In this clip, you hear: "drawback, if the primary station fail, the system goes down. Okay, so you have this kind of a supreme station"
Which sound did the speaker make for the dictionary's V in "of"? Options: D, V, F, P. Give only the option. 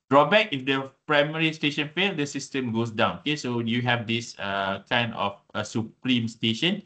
F